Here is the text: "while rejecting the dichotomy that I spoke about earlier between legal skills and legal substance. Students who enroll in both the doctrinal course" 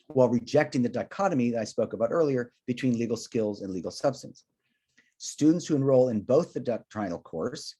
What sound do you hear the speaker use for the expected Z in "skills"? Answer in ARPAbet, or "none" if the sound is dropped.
Z